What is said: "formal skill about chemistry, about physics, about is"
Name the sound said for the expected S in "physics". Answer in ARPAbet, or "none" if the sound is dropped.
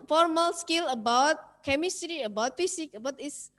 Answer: none